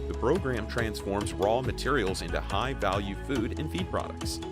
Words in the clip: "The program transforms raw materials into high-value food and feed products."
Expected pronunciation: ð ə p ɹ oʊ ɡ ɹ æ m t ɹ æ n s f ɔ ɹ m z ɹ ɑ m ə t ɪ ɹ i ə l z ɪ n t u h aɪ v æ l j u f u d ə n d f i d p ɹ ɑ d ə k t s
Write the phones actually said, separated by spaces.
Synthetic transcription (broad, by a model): ð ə p ɹ oʊ ɡ ɹ æ m t ɹ æ n s f ɔ ɹ m z ɹ ɑ m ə t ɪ ɹ i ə l z ɪ n t u h aɪ v æ l j u f u d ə n f i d p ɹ ɑ d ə k t s